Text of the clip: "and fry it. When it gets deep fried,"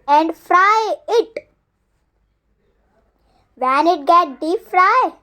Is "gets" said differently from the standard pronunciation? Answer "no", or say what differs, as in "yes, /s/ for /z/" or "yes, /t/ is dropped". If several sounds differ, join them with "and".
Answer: yes, /s/ is dropped